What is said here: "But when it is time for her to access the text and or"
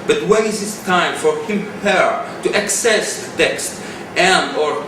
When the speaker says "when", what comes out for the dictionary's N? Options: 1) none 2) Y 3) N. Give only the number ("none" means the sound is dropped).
1